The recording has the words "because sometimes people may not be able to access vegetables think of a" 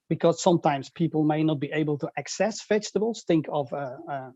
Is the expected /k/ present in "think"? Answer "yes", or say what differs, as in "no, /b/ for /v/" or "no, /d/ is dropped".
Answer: yes